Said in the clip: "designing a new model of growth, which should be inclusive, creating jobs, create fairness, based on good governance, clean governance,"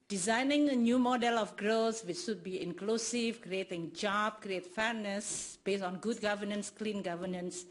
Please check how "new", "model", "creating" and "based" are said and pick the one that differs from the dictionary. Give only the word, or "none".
based